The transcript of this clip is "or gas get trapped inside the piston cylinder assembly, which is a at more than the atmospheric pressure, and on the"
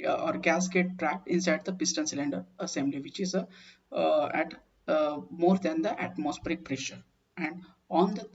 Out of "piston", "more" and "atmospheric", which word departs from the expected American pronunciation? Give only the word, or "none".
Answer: none